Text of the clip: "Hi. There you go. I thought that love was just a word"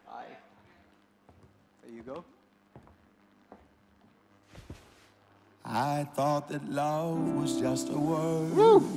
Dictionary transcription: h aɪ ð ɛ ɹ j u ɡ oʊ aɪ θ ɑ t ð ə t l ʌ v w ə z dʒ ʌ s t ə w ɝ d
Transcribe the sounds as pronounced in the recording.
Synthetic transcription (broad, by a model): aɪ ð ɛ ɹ j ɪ ɡ oʊ aɪ θ ɑ t ð ə t l ʌ v w ə z dʒ ʌ s t ə w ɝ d